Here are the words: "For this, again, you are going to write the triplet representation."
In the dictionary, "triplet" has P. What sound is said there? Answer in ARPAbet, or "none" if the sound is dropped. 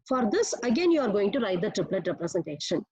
P